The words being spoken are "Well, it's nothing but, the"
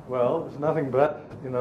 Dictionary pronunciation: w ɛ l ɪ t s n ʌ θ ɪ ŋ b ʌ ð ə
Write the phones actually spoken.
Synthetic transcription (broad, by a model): w ɛ l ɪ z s n ʌ θ ɪ ŋ b ʌ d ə